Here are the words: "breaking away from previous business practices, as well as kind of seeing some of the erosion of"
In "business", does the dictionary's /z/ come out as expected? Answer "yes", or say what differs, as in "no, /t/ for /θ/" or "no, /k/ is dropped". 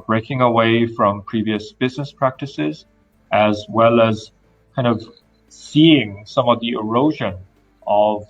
yes